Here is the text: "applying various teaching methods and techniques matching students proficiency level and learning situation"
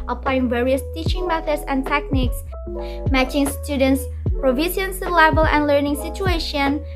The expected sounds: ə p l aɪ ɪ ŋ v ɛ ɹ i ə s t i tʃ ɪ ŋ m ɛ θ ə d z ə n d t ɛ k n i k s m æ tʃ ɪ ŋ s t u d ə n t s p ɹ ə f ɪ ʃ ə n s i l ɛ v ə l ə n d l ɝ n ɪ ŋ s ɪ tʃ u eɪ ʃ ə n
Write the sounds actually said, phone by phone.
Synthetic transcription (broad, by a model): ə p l aɪ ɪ ŋ v ɛ ɹ i ə s t i tʃ ɪ ŋ m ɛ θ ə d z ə n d t ɛ k n i k s m æ tʃ ɪ ŋ s t u d ə n t s p ɹ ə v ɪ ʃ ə n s l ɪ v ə l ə n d l ɝ n ɪ ŋ s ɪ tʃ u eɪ ʃ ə n